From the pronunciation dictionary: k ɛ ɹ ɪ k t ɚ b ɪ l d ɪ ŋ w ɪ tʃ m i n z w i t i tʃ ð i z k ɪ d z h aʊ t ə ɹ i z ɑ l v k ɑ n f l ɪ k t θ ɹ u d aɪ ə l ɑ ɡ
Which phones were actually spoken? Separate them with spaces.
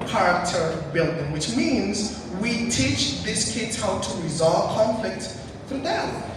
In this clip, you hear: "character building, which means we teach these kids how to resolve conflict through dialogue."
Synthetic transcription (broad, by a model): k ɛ ɹ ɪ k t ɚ b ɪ l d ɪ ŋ w ɪ tʃ m i n z w i t i tʃ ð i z k ɪ d z h aʊ t ə ɹ i z ɑ l v k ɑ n f l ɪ k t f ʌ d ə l